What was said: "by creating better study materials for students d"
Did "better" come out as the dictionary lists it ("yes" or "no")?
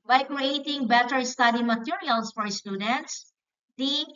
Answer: yes